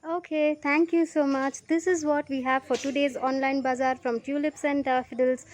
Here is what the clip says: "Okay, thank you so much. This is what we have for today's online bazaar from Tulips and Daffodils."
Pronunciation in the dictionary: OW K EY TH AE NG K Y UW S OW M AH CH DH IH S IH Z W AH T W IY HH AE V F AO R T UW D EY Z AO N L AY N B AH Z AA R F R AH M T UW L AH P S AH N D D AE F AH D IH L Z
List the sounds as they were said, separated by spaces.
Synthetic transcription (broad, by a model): OW K EY T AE NG K Y UW S OW M AH CH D IH S IH Z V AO T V IY HH AE V F AO R T UW D EY Z AO N L AY N B AH Z AA R F R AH M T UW L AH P S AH N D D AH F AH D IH L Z